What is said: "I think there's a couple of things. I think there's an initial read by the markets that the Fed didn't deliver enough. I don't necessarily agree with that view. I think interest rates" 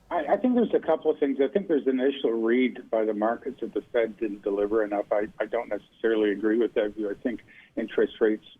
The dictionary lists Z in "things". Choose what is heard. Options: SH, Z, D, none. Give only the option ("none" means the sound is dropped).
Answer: Z